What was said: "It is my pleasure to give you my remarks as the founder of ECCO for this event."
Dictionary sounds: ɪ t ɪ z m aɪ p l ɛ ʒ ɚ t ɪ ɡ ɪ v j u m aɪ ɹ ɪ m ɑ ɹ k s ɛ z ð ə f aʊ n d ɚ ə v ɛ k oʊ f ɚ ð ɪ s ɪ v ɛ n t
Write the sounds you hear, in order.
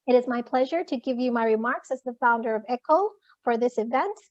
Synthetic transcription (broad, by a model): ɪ t ɪ z m aɪ p l ɛ ʒ ɚ t ɪ ɡ ɪ v j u m aɪ ɹ ɪ m ɑ ɹ k s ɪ z ð ə f aʊ n d ɚ ə v ɛ k oʊ f ɚ ð ɪ s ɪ v ɛ n t